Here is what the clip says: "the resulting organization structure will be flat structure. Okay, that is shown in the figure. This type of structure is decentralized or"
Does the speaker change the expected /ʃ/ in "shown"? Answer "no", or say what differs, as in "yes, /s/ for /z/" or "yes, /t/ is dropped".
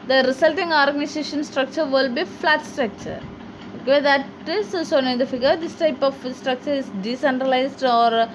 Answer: yes, /s/ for /ʃ/